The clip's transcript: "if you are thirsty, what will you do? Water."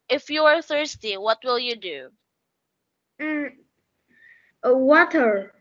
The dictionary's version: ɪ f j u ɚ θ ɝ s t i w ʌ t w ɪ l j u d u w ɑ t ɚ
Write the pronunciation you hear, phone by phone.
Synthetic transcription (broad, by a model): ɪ f j u ɚ θ ɝ s t i w ʌ t w ɪ l j u d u w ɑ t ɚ